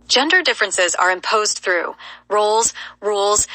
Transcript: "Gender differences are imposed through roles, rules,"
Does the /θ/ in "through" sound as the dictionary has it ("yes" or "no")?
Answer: yes